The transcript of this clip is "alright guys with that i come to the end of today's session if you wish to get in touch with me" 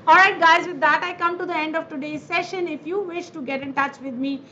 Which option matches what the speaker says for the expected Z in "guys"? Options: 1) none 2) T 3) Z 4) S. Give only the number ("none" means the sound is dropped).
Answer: 3